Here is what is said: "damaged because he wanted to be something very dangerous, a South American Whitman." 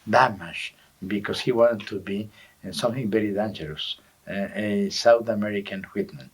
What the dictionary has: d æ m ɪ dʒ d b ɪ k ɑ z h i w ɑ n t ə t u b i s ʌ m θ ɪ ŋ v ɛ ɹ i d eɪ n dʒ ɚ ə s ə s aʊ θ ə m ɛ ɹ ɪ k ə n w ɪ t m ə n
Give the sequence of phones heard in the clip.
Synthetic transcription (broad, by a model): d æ m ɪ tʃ b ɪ k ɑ s h i w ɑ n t t u b i s ʌ m θ ɪ ŋ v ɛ ɹ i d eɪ n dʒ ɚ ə s ə s aʊ θ ə m ɛ ɹ ɪ k ə n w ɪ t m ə n